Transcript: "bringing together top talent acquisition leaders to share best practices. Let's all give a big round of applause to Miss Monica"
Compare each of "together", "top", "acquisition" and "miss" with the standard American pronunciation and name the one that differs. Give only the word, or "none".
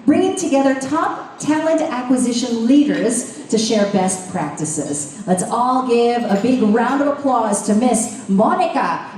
none